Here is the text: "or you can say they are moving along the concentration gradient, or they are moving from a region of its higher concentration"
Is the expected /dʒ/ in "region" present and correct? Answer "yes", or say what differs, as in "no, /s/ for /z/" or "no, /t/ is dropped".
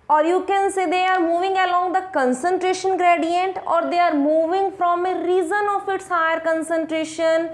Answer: no, /z/ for /dʒ/